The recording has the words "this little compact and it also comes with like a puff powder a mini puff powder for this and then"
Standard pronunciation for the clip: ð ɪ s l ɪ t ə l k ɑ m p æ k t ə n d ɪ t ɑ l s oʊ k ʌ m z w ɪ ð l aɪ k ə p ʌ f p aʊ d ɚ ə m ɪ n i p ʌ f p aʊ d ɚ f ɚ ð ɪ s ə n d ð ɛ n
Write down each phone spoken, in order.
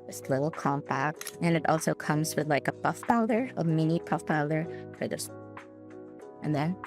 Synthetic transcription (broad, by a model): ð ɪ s l ɪ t l k ɑ m p æ k t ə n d ɪ t ɑ l s oʊ k ʌ m z w ɪ ð l aɪ k ə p ʌ f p aʊ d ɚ ə m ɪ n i p ʌ f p aʊ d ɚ f ɚ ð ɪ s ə n ð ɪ n